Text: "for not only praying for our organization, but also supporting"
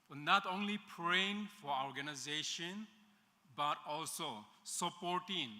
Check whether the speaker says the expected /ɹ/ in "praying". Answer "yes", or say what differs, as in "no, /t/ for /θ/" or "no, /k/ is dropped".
yes